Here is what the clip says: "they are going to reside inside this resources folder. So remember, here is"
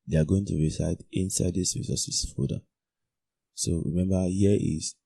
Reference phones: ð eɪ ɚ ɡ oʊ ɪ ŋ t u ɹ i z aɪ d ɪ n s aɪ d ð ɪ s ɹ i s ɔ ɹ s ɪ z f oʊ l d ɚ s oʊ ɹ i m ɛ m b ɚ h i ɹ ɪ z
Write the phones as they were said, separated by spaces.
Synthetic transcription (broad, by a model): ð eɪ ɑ ɡ oʊ ɪ ŋ t u ɹ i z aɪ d ɪ n s aɪ d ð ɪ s ɹ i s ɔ s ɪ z f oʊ d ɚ s oʊ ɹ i m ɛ m b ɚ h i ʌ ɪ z